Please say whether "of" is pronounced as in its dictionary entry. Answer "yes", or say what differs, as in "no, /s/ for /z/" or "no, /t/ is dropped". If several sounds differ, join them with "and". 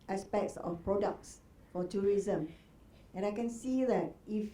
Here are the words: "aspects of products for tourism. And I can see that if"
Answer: no, /f/ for /v/